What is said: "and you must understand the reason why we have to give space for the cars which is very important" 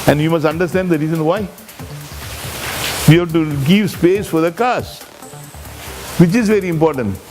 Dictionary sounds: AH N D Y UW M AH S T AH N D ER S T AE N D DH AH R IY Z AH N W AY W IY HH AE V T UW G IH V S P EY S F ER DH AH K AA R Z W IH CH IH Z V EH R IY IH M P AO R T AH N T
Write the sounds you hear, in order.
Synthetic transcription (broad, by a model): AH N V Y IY M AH S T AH N D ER S T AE N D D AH R IY Z AH N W AY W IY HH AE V T UW G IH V S P EY S F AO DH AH K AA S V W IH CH IH Z V EH R IY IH M P AO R T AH N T